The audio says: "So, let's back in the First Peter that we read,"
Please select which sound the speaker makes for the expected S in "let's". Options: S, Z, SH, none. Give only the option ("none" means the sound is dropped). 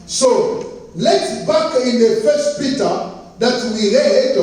none